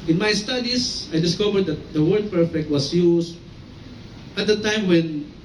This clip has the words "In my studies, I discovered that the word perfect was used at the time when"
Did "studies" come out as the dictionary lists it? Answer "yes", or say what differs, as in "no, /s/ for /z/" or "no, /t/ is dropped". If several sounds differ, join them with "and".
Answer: no, /s/ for /z/